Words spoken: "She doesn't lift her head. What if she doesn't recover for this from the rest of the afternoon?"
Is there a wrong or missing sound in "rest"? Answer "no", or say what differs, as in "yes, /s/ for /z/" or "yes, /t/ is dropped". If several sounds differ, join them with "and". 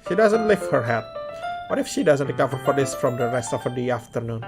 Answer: no